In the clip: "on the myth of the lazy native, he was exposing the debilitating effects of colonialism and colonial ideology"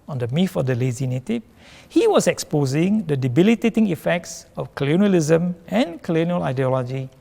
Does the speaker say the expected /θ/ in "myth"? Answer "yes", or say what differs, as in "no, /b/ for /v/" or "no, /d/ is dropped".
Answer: no, /f/ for /θ/